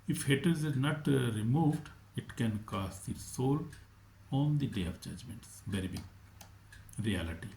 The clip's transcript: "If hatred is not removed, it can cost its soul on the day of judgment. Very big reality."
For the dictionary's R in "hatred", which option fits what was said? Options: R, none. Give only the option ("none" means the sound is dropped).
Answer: none